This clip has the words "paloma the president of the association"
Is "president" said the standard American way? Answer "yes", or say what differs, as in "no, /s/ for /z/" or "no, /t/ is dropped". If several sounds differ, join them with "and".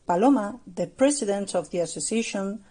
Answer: no, /s/ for /z/